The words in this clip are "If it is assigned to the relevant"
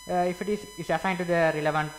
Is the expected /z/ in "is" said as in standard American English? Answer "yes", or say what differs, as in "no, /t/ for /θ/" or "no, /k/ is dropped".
no, /s/ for /z/